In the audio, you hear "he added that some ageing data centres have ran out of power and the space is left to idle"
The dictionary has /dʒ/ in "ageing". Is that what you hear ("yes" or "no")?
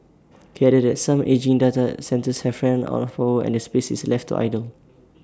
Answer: yes